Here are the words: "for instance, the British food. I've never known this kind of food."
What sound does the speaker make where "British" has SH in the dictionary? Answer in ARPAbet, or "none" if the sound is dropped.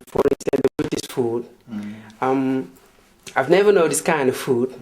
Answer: S